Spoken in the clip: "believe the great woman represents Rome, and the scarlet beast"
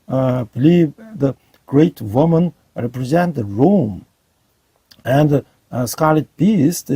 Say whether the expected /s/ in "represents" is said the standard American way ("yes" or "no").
no